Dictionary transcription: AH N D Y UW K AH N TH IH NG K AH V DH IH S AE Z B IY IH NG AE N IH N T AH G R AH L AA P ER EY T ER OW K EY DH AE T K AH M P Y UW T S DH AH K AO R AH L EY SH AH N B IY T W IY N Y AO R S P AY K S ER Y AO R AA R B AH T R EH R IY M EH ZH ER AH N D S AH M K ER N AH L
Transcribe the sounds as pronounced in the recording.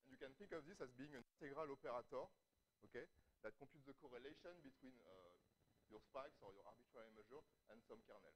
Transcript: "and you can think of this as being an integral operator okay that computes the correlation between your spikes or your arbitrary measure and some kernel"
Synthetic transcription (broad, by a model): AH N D Y UW K AH N TH IH NG K AH V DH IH S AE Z B IY IH NG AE N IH N T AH G R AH L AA P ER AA T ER OW K EY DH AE T K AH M P Y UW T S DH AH K AO R AH L EY SH AH N B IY T W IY N Y AO R S P AY K S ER Y AO R AA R B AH T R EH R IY M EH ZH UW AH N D S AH M K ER N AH L